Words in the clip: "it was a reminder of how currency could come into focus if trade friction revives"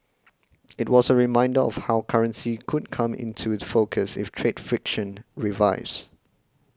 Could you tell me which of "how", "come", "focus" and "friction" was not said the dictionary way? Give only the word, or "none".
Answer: none